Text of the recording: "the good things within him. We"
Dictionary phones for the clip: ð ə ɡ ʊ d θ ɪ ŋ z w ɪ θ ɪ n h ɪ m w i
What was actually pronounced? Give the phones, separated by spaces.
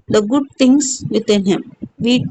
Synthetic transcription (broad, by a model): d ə ɡ ʊ d t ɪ ŋ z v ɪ t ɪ n h ɪ m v i